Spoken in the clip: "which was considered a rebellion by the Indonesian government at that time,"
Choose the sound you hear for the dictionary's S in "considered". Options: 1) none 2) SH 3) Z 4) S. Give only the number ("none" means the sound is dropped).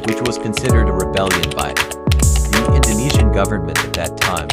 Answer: 4